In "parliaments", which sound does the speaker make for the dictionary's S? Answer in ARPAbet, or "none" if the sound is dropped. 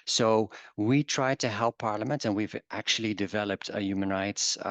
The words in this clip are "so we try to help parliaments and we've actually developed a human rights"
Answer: none